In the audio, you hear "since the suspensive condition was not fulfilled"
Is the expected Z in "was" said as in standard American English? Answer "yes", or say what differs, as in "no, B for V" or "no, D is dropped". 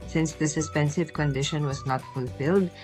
yes